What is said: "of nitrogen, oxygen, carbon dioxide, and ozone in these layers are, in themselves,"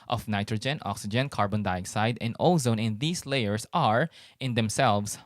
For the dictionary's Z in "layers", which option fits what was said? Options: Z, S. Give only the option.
S